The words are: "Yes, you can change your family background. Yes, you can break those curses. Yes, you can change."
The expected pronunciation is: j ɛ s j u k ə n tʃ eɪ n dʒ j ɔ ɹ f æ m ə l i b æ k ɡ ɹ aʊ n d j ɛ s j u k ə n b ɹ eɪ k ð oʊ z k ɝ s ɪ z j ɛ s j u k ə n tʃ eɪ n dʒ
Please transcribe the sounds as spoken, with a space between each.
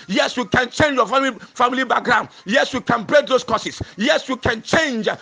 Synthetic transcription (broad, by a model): j ɛ s j u k ə n tʃ eɪ n dʒ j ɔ l f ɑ m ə l i b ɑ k ɡ ɹ aʊ n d j ɛ s j u k ə n b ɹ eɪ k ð oʊ s k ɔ s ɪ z j ɛ s j u k ə n tʃ eɪ n dʒ